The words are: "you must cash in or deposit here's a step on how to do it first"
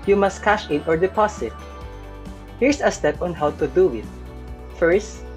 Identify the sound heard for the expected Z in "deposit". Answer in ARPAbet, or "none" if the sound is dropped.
S